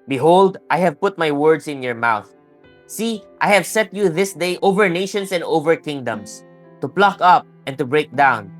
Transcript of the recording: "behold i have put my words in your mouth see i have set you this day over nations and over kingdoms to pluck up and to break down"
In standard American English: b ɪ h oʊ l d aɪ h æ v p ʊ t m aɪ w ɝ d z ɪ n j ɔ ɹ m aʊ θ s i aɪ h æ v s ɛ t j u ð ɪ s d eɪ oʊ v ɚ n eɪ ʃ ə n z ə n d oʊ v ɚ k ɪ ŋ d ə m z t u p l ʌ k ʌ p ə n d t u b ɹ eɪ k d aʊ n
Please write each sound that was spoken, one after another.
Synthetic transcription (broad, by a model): b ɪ h oʊ l d aɪ h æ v p ʊ t m aɪ w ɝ d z ɪ n j ɔ ɹ m aʊ θ s i aɪ h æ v s ɛ t j u ð ɪ s d eɪ oʊ v ɚ n eɪ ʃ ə n s ə n d oʊ v ɚ k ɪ ŋ d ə m s t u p l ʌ k ʌ p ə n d t u b ɹ eɪ k d aʊ n